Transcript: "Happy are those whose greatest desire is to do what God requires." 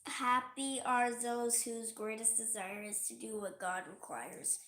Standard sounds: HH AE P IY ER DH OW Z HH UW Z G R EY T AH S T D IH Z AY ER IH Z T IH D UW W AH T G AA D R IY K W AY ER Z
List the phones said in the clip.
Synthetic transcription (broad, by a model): HH AE P IY ER DH OW Z HH UW Z G R EY T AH S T D IH Z AY ER IH Z T IH D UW W AH T G AA D R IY K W AY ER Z